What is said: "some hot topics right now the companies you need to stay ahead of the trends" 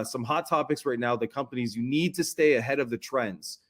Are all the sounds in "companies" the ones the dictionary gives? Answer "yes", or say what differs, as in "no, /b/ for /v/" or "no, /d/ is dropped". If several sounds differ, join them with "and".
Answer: yes